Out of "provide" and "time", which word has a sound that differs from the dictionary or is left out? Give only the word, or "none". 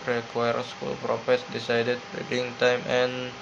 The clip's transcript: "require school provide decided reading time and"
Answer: provide